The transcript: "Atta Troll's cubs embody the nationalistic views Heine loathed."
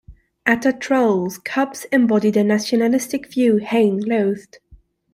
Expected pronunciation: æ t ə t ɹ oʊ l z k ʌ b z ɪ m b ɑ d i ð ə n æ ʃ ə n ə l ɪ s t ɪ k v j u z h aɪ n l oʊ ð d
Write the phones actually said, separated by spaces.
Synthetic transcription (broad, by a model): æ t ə t ɹ oʊ l z k ʌ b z ɪ m b ɑ d i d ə n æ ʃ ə n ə l ɪ s t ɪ k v j u h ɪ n l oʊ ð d